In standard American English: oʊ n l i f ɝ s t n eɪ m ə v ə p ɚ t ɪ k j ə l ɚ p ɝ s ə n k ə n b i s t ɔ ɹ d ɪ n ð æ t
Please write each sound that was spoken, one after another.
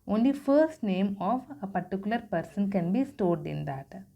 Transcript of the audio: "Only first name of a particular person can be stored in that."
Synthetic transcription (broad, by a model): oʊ n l i f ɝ s t n eɪ m ə v ə p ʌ t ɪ k j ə l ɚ p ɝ s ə n k ə n b i s t ɔ ɹ d ɪ n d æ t